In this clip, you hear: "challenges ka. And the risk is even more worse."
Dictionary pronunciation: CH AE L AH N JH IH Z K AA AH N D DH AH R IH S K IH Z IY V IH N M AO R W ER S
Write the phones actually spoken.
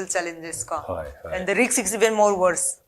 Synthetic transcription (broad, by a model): CH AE L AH N JH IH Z K AA AH N D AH R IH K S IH S IY V IH N M AO R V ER S